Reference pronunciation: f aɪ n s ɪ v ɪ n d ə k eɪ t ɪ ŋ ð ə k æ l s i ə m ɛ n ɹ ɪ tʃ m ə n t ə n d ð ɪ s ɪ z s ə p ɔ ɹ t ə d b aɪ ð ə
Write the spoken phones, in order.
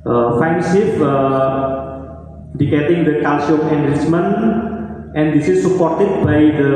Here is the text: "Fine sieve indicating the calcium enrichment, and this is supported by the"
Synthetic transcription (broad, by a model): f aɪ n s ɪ p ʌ d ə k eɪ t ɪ ŋ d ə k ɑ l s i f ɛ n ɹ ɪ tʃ m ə n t ə n d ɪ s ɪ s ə p ɔ ɹ t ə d b aɪ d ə